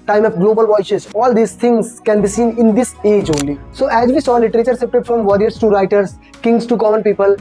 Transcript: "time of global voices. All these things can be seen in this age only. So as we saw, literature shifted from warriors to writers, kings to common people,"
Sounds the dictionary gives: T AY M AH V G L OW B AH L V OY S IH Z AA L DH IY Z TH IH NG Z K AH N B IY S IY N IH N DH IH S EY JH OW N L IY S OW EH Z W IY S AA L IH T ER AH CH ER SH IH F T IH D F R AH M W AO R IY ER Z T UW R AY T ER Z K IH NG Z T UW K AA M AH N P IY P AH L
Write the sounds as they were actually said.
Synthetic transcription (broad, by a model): T AY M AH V G L OW B AH L V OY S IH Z AA L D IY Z T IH NG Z K AH N B IY S IY N IH N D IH S EY JH OW N L IY S OW EH Z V IY S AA L IH T ER AH CH ER S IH P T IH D F R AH M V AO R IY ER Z T UW R AY T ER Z K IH NG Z T UW K AA M AH N P IY P AH L